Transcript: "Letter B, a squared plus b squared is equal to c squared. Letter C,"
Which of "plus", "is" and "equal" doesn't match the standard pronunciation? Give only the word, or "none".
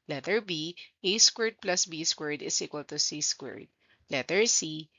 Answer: is